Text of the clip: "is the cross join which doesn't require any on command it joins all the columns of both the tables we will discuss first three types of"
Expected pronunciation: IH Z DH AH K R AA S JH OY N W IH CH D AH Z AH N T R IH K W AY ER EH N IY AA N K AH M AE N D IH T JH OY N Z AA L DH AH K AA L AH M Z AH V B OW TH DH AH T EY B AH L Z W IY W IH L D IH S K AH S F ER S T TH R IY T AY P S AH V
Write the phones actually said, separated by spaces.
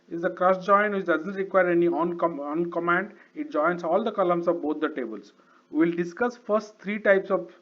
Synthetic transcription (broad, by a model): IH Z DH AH K R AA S JH OY N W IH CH D AH Z AH N T R IH K W AY ER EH N IY AA N K AH M AE N D IH T JH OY N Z AA L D AH K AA L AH M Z AH V B OW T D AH T EY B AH L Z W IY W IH L D IH S K AH S F ER S T T R IY T AY P S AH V